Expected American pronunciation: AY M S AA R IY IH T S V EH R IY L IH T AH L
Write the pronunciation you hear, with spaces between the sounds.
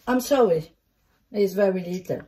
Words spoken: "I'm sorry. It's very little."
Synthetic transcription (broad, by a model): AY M S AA IY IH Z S V EH R IY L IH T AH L